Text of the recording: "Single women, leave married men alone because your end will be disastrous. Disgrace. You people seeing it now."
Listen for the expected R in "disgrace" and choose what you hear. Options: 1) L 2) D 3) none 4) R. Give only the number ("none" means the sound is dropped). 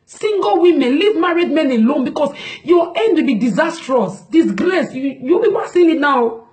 1